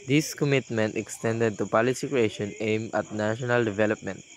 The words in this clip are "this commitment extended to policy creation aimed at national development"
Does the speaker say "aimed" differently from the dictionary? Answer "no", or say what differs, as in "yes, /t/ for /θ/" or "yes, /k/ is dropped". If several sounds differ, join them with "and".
yes, /d/ is dropped